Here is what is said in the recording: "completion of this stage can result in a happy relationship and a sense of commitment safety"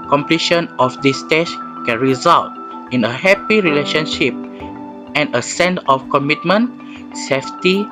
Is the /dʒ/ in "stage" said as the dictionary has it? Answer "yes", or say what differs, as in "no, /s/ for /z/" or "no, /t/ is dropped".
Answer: no, /ʃ/ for /dʒ/